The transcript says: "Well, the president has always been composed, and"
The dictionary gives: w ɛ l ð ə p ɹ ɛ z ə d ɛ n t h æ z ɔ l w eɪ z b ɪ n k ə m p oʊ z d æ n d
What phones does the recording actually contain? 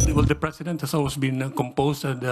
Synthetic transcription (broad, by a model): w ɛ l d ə p ɹ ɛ s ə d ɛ n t h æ s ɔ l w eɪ s b ɪ n k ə m p oʊ s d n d